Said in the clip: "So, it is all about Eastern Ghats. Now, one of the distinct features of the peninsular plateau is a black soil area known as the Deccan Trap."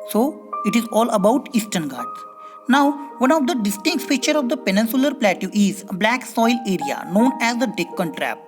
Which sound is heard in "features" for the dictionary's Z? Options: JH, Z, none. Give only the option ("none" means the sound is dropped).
none